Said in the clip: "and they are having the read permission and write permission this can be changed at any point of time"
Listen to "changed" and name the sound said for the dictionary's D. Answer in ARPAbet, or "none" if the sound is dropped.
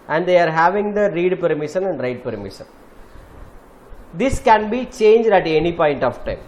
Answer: D